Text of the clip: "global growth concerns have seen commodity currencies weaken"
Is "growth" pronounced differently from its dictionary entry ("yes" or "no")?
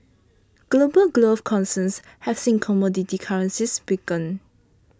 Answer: yes